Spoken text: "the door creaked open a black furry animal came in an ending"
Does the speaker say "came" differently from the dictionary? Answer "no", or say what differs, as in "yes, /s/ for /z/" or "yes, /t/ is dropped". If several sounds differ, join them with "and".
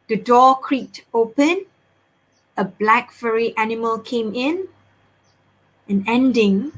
no